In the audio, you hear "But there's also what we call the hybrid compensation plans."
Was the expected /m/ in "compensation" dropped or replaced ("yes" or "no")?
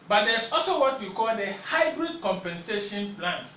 no